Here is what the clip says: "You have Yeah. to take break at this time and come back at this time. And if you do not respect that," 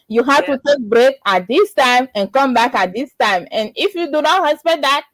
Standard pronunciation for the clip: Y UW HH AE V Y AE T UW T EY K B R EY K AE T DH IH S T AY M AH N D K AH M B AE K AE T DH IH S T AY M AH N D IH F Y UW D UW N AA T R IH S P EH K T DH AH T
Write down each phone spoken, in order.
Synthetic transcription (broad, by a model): Y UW HH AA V T UW T EY K B R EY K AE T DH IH S T AY M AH N K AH M B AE K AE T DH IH S T AY M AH N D IH F Y UW D UW N AA T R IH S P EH T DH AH T